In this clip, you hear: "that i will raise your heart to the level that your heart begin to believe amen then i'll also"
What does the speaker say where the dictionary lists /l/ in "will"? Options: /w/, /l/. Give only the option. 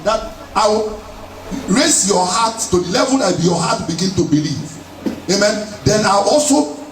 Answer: /w/